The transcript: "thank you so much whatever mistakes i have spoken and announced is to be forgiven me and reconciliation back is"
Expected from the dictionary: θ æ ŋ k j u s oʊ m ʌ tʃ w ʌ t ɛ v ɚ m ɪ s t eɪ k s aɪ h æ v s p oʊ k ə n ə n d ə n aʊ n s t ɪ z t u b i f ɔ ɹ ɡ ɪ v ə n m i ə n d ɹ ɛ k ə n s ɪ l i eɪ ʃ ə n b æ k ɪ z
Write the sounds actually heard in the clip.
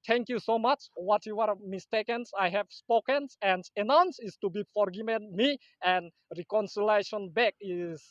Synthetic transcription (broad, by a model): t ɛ ŋ k j u s oʊ m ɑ tʃ w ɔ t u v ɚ m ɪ s t eɪ k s aɪ h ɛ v s p oʊ k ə n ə n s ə n aʊ n s ɪ s t u b i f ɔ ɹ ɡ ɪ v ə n m i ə n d ɹ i k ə n s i l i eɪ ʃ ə n b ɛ k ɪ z